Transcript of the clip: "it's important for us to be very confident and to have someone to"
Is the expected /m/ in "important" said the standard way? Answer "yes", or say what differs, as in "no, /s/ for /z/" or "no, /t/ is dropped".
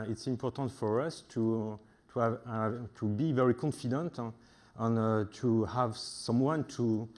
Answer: yes